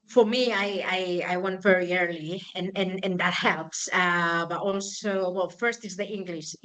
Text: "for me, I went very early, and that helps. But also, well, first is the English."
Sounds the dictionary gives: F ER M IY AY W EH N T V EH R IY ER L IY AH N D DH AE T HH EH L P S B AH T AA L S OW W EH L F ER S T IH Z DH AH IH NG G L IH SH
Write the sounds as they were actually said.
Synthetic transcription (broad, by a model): F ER M IY AY W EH N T V EH R IY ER L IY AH N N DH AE T HH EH L P S B AH T AA L S OW W EH L F ER S T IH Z DH AH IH NG G L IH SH